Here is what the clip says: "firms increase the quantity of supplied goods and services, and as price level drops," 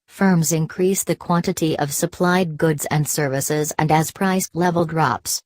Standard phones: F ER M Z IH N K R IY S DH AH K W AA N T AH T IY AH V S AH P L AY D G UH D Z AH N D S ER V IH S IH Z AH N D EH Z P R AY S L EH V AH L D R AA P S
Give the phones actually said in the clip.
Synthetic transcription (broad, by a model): F ER M Z IH N K R IY S DH AH K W AA N T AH T IY AH V S AH P L AY D G UH D Z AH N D S ER V IH S IH Z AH N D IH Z P R AY S L EH V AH L D R AA P S